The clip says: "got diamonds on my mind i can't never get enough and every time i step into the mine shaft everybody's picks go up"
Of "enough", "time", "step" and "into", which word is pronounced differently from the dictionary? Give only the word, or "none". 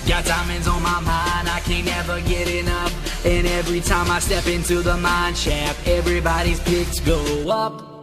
enough